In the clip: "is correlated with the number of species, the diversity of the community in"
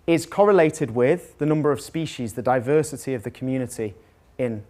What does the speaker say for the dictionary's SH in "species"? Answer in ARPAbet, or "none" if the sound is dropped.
SH